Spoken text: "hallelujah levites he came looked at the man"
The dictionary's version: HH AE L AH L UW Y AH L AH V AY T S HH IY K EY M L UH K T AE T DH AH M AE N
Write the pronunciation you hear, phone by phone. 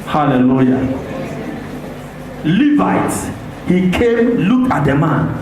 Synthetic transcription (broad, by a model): HH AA L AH L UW Y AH L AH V AY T HH IY K EY M L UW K AA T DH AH M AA N